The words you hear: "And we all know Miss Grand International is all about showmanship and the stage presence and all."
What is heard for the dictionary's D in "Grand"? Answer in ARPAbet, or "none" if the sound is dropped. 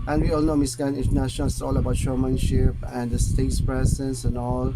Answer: none